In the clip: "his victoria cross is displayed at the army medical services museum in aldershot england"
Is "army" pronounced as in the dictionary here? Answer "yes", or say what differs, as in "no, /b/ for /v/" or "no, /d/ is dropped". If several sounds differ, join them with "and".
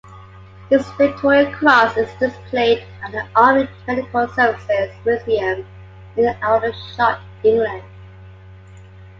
no, /m/ is dropped